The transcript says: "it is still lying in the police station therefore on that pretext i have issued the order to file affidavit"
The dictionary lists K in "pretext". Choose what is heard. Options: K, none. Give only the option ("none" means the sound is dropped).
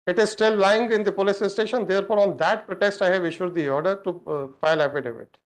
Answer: none